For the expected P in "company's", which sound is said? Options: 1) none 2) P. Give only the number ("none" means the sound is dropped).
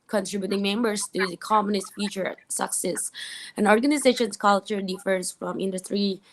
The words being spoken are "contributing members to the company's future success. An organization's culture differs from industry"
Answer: 1